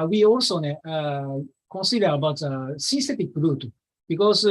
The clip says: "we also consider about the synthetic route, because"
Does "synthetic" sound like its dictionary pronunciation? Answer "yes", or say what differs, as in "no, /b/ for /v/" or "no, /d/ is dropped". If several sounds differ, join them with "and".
no, /s/ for /θ/